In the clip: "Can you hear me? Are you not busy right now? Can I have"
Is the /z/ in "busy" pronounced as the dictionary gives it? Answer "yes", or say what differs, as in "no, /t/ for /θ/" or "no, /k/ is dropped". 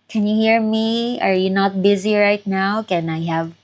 yes